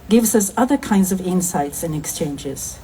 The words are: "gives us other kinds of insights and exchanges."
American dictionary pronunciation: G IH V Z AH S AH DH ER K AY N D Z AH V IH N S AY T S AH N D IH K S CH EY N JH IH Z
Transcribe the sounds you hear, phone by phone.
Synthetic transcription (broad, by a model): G IH V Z AH S AH DH ER K AY N D Z AH V IH N S AY T S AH N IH K S CH EY N JH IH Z